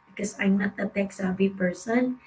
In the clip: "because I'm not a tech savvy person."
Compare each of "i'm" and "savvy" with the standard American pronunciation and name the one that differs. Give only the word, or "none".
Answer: savvy